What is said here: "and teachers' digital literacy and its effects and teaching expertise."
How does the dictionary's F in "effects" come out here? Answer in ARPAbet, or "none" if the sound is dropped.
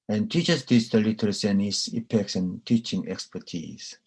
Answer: P